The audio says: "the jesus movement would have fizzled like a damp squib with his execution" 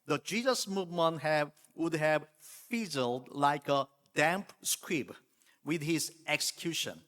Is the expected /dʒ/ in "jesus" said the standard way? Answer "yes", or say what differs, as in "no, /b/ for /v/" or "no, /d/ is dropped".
yes